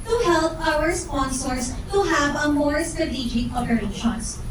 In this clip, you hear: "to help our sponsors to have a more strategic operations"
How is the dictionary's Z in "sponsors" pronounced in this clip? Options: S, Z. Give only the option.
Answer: S